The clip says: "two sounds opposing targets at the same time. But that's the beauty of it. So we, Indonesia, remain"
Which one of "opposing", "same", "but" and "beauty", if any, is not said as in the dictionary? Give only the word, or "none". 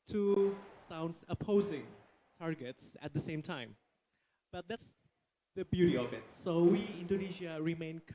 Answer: none